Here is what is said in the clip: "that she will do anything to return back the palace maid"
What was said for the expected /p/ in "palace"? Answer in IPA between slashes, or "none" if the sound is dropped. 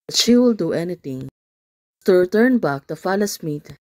/f/